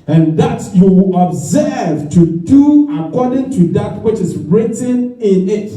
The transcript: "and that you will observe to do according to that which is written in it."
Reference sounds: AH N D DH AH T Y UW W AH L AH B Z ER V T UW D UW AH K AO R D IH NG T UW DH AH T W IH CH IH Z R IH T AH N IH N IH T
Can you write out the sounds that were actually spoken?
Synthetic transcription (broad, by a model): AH N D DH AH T Y UW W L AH B Z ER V T UW D UW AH K AO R D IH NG T UW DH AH T W IH CH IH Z R IH T AH N IH N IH T